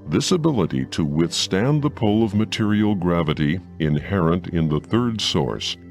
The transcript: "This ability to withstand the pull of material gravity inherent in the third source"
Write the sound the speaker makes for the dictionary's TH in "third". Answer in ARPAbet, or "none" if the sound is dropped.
TH